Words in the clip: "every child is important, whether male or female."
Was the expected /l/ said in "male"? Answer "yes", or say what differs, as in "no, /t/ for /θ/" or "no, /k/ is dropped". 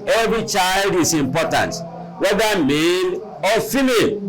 no, /n/ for /l/